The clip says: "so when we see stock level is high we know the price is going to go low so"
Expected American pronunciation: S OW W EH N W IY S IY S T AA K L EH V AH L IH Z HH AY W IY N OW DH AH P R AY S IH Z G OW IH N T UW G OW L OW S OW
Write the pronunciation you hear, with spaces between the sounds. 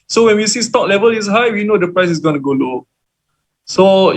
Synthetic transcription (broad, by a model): S OW W EH N W IY S IY S T AA K L EH V AH L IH S HH AY W IY N OW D AH P R AY S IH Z G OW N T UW G OW L OW S OW